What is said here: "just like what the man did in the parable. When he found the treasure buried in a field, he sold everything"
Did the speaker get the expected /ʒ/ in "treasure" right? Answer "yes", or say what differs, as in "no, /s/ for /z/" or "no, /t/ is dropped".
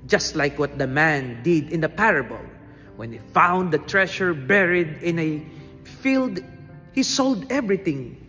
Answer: no, /ʃ/ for /ʒ/